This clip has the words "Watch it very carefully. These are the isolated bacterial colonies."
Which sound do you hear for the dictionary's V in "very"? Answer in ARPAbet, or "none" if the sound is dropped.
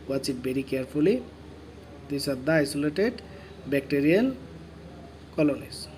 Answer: B